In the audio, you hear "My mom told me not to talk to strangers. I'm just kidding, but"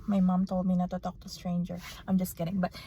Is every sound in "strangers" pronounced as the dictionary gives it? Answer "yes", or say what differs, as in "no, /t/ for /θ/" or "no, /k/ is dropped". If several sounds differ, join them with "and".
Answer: no, /z/ is dropped